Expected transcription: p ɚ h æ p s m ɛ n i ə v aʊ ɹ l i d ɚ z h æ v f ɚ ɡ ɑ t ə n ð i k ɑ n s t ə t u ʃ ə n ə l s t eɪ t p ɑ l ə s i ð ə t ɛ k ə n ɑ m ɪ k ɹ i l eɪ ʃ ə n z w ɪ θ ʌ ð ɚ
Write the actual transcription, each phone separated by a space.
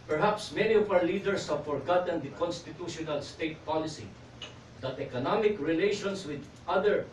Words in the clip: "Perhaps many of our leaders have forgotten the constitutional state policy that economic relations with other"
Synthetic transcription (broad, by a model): p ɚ h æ p s m ɛ n i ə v aʊ ɹ l i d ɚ s h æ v f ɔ ɡ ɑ t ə n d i k ɑ n s t ə t u ʃ ə n ə l s t eɪ t p ɑ l ə s i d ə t ɛ k ə n ɑ m ɪ k ɹ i l eɪ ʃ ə n s w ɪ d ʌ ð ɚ